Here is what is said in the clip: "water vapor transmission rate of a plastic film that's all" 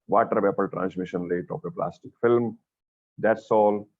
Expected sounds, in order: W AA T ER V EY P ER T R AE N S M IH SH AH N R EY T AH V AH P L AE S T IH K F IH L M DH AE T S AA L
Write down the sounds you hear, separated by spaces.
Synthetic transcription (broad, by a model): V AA T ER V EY P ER T R AE N S M IH SH AH N L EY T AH P AH P L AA S T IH K F IH L M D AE T S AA L